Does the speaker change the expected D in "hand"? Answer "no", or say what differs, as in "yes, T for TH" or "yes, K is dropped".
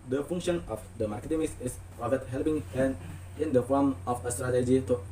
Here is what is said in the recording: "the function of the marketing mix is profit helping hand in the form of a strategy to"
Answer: yes, D is dropped